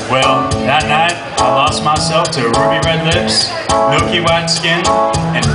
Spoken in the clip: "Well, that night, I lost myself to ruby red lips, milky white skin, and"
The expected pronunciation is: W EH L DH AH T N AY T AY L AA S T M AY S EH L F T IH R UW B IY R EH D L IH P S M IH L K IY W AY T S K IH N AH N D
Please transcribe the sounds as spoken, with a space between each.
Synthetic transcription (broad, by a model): W EH L DH AH T N AY T AY L AA S T M AY S EH L F T IH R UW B IY R EH D L IH P S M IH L K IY W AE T S K IH N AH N